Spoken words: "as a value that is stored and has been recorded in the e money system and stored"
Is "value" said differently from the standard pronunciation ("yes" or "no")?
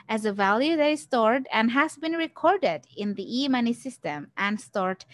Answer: no